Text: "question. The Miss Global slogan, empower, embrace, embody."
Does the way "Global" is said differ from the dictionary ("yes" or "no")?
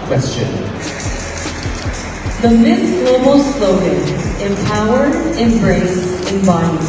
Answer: yes